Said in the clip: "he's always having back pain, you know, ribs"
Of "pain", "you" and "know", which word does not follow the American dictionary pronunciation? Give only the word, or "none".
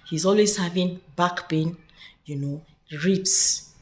pain